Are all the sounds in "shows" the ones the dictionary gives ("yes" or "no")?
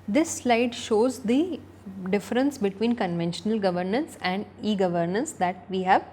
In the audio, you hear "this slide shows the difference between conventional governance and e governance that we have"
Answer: yes